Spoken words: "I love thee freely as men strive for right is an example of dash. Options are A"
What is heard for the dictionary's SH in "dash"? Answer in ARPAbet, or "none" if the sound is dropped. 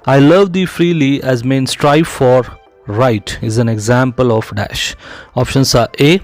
SH